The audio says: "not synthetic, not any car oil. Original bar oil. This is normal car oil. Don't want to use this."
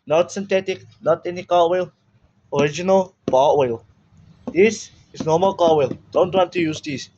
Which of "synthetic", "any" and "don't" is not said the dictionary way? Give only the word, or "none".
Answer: synthetic